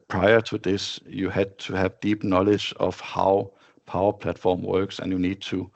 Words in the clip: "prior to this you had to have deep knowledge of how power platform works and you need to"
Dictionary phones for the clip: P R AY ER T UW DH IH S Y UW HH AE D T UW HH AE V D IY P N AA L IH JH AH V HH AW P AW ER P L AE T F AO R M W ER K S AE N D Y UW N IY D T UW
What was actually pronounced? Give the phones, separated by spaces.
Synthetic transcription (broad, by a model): P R AY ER T UW DH IH S Y UW HH AE D T UW HH AE V D IY P N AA L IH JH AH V HH AW P AW ER P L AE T F AO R M W ER K S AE N Y UW N IY D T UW